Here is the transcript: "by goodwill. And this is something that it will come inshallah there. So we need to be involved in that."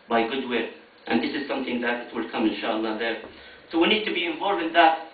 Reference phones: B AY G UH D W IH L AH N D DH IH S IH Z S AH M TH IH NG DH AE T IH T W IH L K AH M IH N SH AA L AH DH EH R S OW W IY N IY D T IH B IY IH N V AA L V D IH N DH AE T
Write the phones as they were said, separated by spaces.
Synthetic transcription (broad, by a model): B AY G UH D W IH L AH N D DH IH S IH Z S AH M TH IH NG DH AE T IH T W IH L K AH M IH N SH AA L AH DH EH R S OW W IY N IY D T IH B IY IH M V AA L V IH N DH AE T